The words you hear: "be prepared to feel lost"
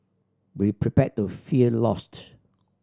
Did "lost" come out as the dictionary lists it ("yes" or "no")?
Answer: yes